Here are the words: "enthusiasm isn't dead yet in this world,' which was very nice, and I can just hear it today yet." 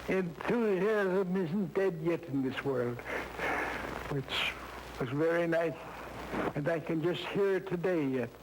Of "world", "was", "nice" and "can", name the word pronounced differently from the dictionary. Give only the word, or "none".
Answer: none